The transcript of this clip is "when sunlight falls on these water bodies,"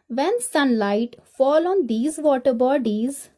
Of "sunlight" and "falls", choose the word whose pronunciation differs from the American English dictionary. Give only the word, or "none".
falls